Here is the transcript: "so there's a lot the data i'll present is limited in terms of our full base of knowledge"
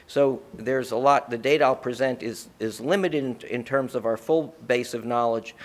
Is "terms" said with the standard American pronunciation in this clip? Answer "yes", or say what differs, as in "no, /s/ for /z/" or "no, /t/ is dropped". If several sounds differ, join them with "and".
yes